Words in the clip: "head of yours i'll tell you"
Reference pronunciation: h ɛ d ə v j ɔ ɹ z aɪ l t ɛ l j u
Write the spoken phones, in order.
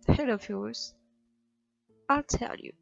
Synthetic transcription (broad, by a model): h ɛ d ə v j ɔ ɹ z aɪ l t ɛ l j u